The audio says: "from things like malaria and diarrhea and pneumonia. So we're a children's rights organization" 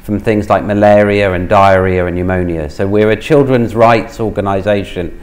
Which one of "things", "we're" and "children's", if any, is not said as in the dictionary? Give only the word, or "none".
none